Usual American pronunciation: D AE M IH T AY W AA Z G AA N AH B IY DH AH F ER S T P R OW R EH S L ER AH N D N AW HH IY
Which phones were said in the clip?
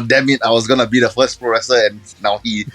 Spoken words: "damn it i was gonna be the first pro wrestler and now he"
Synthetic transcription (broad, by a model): D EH M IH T AY W AA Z G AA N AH B IY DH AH F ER S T P R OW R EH S ER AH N N AW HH IY